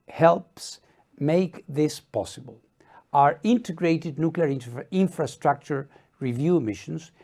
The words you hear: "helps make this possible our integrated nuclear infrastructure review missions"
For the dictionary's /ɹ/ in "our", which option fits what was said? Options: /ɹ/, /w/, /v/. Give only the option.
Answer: /ɹ/